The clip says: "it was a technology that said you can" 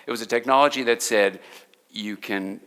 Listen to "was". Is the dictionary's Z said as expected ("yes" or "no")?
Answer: yes